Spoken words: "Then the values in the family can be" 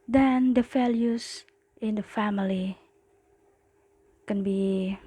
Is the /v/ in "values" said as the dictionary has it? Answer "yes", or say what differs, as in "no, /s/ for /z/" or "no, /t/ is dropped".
no, /f/ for /v/